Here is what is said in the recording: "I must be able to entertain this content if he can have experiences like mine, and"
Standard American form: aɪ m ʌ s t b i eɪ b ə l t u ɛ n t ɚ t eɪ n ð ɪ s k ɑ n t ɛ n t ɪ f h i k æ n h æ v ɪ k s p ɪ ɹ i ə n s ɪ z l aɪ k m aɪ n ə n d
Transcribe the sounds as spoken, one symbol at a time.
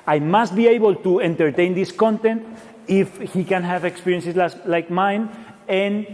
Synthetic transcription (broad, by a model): aɪ m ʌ s t b i eɪ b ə l t u ɛ n t ɚ t eɪ n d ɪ s k ɑ n t ɛ n t ɪ f h i k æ n h æ v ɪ k s p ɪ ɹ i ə n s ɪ s l aɪ k m aɪ n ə n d